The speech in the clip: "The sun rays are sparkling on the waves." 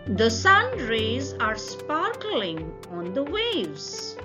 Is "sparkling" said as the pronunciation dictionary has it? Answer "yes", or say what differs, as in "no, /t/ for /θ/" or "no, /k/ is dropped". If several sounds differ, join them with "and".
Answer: yes